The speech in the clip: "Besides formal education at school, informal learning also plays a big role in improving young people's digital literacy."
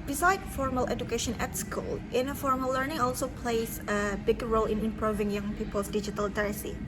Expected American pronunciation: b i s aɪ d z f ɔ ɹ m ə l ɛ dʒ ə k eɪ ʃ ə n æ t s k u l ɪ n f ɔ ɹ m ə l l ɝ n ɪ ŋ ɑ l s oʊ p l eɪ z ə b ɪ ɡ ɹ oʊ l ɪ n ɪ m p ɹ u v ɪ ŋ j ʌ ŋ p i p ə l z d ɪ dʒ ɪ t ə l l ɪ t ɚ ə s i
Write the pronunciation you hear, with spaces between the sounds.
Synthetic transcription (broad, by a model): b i s aɪ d f ɔ ɹ m ə l ɛ dʒ ə k eɪ ʃ ə n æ t s k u l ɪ n f ɔ ɹ m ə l l ɝ n ɪ ŋ ɑ l s oʊ p l eɪ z ə b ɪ ɡ ɹ oʊ l ɪ n ɪ m p ɹ u v ɪ ŋ j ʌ ŋ p i p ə l s d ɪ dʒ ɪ t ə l l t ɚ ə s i